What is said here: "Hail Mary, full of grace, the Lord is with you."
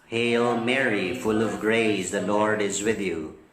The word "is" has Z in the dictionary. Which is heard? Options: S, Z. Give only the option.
Z